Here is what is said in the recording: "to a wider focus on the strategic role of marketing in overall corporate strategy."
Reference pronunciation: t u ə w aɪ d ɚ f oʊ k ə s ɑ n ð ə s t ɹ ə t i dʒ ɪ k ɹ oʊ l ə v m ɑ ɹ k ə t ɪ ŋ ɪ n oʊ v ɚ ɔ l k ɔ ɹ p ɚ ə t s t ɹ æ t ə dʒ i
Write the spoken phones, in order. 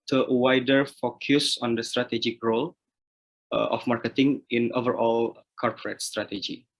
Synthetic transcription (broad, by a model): t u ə w aɪ d ɚ f oʊ k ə s ɑ n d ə s t ɹ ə t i dʒ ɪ k ɹ oʊ l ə f m ɑ ɹ k ə t ɪ ŋ ɪ n oʊ v ɚ ɔ l k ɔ ɹ p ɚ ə t s t ɹ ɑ t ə dʒ i